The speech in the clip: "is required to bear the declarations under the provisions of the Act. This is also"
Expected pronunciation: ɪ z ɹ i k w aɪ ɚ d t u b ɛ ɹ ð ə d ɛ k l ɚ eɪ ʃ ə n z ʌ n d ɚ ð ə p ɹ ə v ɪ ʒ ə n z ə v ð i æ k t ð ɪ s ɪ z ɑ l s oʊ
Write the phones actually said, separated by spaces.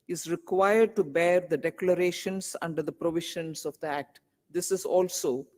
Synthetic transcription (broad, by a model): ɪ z ɹ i k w aɪ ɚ d t u b ɛ ɹ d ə d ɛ k l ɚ eɪ ʃ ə n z ʌ n d ɚ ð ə p ɹ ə v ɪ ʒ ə n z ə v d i æ k t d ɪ s ɪ z ɑ l s oʊ